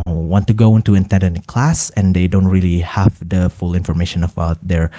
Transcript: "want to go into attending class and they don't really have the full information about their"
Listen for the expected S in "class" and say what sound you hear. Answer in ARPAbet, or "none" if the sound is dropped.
S